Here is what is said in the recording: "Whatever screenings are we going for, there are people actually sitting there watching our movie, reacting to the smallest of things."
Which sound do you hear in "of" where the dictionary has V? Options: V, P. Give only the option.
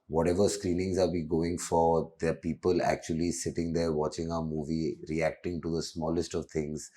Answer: V